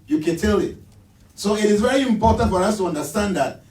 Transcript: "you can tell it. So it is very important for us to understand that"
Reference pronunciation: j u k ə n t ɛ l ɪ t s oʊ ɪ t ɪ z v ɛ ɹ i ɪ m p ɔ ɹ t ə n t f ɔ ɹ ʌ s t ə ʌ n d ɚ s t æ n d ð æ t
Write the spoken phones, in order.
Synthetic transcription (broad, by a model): j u k ə n t ɛ l ɪ t s oʊ ɪ t ɪ z v ɛ ɹ i ɪ m p ɔ ɹ t ə n t f ɔ ɹ ʌ s t ə ʌ n d ɚ s t æ n d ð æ t